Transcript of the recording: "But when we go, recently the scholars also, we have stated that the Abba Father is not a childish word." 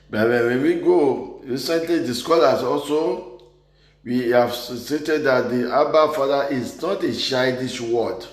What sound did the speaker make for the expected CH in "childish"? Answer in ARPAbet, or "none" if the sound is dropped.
SH